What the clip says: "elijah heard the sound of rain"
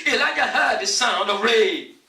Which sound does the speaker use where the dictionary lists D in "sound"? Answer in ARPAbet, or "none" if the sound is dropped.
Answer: D